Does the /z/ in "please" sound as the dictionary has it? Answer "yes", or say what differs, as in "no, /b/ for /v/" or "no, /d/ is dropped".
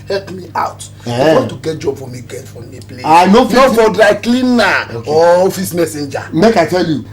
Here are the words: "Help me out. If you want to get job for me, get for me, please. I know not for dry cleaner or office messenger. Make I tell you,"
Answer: no, /z/ is dropped